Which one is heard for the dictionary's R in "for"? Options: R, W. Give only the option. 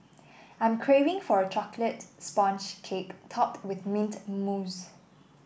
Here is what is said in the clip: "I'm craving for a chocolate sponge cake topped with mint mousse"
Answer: R